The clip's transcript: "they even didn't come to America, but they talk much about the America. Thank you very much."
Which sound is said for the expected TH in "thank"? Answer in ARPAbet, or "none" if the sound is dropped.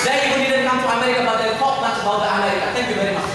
T